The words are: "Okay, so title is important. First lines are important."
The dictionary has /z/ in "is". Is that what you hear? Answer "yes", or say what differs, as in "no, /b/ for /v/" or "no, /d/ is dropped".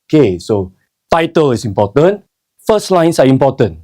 no, /s/ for /z/